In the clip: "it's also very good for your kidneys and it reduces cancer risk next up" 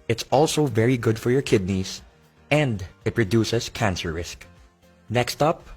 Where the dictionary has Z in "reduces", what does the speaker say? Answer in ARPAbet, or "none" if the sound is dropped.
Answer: S